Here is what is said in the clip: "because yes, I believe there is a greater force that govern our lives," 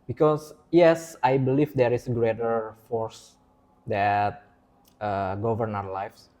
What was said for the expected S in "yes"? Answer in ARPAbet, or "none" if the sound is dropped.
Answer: S